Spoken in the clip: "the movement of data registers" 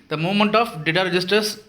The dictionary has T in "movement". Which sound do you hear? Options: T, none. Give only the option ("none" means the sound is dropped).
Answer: T